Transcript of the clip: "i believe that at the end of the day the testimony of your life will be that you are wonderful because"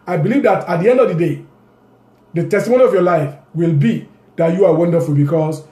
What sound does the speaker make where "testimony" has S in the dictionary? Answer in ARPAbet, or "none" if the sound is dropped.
S